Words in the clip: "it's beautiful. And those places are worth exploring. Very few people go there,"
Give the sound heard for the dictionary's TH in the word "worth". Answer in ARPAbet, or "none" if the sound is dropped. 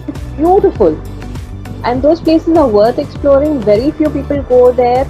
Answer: T